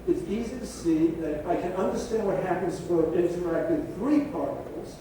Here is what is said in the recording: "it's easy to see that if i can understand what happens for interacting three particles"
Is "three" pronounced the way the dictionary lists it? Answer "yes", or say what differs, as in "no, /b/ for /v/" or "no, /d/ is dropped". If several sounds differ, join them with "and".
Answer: yes